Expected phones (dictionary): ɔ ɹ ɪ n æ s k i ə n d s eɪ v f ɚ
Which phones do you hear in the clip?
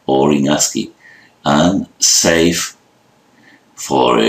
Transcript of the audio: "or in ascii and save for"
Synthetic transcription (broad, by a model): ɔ ɹ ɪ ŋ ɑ s k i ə n s eɪ f f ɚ